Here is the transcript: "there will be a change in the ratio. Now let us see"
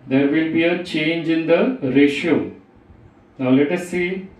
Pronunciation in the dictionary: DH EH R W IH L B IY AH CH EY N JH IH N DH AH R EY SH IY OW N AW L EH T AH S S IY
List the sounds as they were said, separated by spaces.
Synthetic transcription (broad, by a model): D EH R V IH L B IY AH CH EY N JH IH N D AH R EY SH IY OW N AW L EH T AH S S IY